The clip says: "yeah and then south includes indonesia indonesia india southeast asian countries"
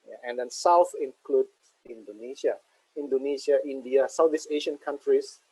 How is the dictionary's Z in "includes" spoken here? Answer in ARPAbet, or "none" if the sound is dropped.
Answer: none